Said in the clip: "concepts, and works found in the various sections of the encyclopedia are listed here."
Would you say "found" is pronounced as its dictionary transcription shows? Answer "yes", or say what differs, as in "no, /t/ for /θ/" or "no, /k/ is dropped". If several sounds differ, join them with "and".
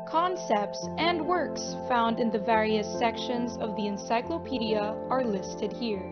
yes